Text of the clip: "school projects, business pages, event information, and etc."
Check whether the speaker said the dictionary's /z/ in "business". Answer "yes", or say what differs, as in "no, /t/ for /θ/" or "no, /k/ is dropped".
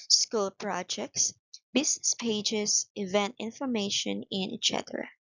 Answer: no, /s/ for /z/